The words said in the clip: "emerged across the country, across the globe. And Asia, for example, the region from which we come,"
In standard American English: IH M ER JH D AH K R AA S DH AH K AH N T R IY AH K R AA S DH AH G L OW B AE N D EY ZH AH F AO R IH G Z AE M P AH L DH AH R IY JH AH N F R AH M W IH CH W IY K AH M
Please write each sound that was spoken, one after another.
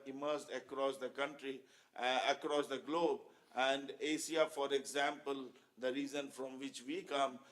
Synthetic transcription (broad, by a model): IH M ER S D AH K R AA S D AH K AH N T R IY AH K R AA S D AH G L OW B AE N D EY S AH F AO R IH G Z AE M P AH L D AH R IY Z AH N F R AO M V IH CH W IY K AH M